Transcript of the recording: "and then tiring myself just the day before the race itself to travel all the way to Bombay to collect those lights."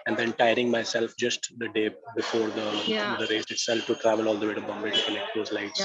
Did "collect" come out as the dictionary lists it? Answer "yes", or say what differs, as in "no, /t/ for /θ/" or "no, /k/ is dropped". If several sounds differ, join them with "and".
no, /n/ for /l/